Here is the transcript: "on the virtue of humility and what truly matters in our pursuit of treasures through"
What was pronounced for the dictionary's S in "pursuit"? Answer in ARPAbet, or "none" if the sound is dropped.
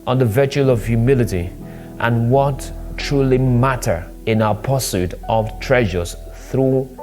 S